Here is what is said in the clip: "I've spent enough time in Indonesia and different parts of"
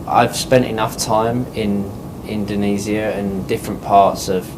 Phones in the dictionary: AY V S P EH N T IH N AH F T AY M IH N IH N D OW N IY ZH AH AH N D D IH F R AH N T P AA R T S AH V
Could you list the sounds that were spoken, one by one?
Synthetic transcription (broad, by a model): AY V S P EH N T IH N AH F T AY M IH N IH N D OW N IY Z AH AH N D D IH F R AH N P AA T S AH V